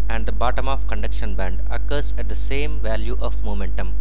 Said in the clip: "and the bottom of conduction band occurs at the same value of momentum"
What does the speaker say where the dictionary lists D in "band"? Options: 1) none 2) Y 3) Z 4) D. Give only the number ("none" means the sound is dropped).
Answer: 4